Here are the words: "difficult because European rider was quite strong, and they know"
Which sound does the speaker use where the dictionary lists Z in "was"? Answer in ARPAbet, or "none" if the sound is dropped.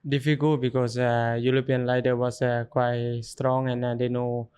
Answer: S